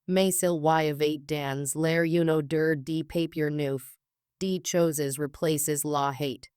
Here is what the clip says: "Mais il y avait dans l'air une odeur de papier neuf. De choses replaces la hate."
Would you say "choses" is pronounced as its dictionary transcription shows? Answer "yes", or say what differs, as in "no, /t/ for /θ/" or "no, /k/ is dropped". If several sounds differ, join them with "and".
yes